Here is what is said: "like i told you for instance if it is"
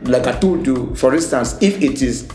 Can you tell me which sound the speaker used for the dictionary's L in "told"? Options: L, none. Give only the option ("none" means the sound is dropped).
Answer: none